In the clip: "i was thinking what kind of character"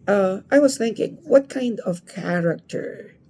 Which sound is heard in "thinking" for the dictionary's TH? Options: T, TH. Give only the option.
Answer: TH